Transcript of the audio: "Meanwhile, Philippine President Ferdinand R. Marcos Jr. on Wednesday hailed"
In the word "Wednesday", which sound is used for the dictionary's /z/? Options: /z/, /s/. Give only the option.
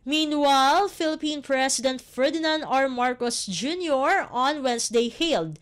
/s/